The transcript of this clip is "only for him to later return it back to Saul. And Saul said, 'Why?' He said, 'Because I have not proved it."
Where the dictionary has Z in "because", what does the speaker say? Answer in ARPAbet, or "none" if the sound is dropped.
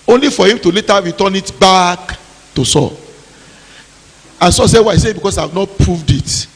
S